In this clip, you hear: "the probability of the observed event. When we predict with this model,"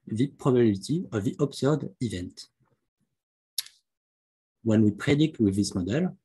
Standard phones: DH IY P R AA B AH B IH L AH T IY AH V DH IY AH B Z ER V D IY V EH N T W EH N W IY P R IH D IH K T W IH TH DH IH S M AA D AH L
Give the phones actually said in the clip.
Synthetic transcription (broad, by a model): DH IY P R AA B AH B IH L T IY AH V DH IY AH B S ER D IY V EH N T W EH N W IY P R IH D IH K T W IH DH IH S M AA D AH L